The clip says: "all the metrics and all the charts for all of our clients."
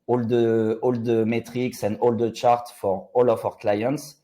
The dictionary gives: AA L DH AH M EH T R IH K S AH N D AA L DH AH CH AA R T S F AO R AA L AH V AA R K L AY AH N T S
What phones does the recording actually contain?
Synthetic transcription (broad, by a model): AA L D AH M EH T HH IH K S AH N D AA L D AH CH AA R T F AO R AA L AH F AA R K L AY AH N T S